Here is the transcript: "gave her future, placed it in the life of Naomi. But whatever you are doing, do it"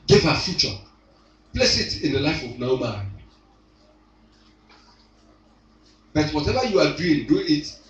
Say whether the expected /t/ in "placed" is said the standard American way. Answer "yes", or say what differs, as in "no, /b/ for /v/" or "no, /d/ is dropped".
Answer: no, /t/ is dropped